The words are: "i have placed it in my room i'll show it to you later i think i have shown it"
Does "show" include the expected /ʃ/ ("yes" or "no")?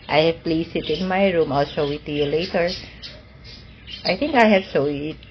no